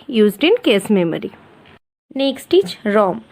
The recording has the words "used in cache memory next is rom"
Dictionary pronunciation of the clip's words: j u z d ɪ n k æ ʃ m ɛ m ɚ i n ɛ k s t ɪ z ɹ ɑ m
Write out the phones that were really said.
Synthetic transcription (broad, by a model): j u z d ɪ n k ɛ s m ɛ m ɚ i n ɛ k s t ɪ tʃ ɹ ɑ m